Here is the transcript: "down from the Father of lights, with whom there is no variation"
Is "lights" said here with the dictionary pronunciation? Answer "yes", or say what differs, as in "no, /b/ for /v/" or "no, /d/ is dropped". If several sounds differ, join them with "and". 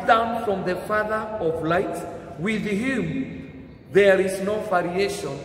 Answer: no, /s/ is dropped